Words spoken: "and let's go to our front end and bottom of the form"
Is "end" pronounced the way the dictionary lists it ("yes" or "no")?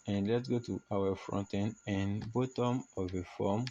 no